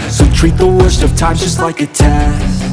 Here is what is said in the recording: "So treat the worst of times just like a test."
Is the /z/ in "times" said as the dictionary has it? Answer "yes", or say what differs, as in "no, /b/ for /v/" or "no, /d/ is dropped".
no, /z/ is dropped